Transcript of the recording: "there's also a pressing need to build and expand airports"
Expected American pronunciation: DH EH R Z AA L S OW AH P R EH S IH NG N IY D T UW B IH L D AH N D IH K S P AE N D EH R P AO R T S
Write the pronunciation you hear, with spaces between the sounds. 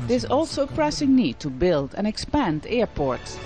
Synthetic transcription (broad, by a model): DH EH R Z AA L S OW AH P R EH S IH NG N IY D T UW B IH L D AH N IH K S P AE N D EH R P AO R T S